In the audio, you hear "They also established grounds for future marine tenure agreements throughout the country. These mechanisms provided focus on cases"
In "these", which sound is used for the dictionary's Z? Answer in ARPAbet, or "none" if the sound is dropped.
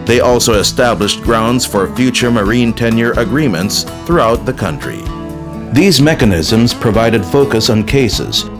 Z